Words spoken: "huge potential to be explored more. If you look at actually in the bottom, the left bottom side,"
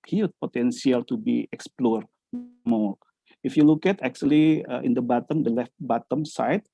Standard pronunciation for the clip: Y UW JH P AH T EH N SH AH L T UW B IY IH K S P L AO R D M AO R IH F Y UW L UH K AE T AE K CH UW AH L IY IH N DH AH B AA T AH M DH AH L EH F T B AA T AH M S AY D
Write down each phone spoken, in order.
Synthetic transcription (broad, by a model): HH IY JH P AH T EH N S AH L T UW B IY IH K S P L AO R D M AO IH F Y UW L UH K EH T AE K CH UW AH L IY IH N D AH B AA T AH M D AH L EH F T B AA T AH M S AY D